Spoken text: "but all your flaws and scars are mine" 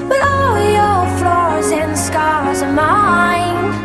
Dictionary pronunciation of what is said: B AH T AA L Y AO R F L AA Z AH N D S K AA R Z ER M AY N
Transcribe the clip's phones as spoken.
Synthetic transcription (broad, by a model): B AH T AA L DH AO L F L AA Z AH N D S K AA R Z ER M AY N